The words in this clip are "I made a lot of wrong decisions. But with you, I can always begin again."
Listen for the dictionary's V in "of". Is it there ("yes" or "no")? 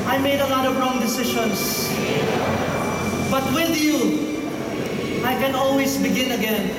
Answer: yes